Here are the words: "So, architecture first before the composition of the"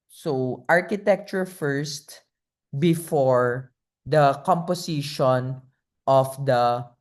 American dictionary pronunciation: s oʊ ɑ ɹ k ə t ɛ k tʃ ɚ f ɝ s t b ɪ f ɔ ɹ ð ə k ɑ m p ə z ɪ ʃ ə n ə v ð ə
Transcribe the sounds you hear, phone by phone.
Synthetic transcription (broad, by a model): s oʊ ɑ ɹ k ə t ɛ k tʃ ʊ f ɝ s t b ɪ f ɔ ɹ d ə k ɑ m p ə s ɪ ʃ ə n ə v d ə